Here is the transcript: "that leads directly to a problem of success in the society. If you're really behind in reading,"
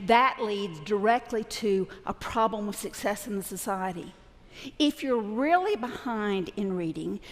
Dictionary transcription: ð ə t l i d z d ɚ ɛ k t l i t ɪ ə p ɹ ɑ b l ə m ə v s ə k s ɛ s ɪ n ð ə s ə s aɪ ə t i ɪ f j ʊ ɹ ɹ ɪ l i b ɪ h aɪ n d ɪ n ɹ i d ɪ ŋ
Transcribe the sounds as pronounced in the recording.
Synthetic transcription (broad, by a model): ð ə t l i d z d ɚ ɛ k t l i t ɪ ə p ɹ ɑ b l ə m ə v s ə k s ɛ s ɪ n ð ə s ə s aɪ ə t i ɪ f j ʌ ɹ ɹ ɪ l i b ɪ h aɪ n d ɪ n ɹ i d ɪ ŋ